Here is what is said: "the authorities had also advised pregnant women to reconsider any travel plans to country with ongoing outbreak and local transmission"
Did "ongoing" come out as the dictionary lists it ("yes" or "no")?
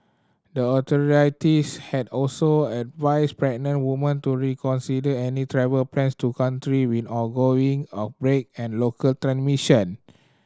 no